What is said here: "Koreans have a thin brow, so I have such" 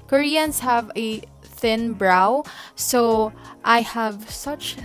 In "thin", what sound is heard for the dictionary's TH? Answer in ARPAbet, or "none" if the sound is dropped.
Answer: TH